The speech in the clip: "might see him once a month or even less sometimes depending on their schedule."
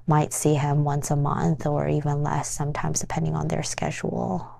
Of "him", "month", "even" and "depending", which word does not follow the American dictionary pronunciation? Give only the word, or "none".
none